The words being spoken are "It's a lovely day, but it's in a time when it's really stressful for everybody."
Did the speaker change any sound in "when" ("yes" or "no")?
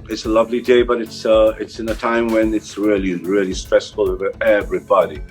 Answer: no